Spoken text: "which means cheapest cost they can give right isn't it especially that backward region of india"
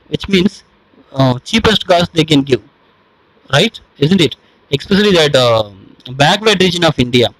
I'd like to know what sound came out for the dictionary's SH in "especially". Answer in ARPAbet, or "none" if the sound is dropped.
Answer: S